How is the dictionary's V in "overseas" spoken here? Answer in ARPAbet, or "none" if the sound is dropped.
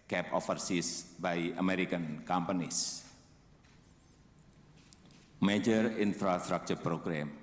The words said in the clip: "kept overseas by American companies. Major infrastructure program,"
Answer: F